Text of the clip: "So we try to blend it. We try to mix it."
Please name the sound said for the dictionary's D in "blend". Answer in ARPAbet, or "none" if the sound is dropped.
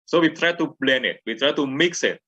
none